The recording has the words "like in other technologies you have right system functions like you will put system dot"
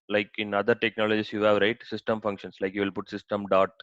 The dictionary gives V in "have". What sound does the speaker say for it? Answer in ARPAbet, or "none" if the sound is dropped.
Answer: V